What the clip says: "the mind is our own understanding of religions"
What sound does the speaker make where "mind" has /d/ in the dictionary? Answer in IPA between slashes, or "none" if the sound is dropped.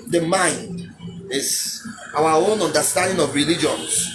/d/